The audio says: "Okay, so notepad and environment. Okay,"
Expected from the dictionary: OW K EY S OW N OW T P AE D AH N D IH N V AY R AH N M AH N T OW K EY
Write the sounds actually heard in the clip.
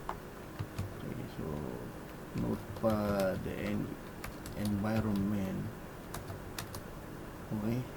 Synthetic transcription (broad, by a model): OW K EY S OW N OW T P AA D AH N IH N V AY R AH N M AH N OW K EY